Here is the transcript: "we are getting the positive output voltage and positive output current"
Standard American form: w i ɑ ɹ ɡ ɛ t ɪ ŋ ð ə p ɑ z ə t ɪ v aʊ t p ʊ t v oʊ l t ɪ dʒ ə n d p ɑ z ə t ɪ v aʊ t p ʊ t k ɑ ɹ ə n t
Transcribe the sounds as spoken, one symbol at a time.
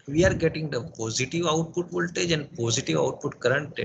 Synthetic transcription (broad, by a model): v i ɑ ɹ ɡ ɛ t ɪ ŋ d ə p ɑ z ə t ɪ v aʊ t p ʊ t v oʊ l t ɪ dʒ ə n d p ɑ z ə t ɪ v aʊ t p ʊ t k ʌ ɹ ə n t